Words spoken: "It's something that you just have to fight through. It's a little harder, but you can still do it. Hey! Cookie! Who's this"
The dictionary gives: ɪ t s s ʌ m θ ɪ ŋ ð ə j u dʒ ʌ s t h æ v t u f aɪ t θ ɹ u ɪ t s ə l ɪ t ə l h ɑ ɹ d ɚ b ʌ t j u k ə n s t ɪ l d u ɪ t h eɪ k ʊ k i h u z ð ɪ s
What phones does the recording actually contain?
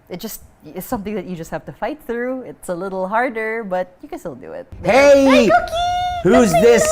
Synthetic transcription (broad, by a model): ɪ t s s ʌ m θ ɪ ŋ ð ə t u dʒ ʌ s t h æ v t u f aɪ t θ ɹ u ɪ t s ə l ɪ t l h ɑ ɹ d ɚ b ʌ t j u k ə n s t ɪ l d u ɪ t h eɪ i h u z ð ɪ s